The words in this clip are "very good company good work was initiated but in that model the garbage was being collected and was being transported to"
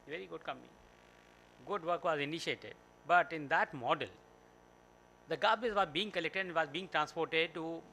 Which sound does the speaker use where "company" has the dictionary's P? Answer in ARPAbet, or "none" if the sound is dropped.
none